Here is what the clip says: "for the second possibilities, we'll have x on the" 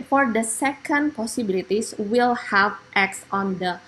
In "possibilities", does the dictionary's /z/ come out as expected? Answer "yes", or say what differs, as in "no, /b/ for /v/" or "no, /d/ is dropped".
no, /s/ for /z/